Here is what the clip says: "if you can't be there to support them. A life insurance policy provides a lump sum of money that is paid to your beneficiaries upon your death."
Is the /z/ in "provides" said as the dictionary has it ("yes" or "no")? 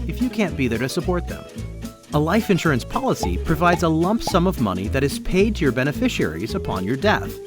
yes